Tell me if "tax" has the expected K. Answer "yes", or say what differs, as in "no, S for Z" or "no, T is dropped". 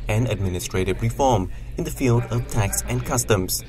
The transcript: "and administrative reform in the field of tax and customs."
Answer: yes